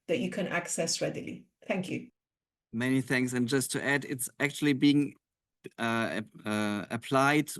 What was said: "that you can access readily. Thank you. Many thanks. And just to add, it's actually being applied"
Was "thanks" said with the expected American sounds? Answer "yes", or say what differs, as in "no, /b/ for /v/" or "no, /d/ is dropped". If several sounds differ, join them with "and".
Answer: no, /k/ is dropped